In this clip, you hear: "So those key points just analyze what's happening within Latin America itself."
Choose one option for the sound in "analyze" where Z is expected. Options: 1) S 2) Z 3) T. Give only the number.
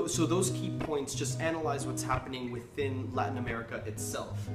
2